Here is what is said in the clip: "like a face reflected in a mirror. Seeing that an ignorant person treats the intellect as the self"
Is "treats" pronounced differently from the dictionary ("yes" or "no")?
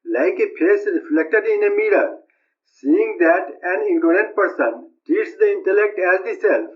yes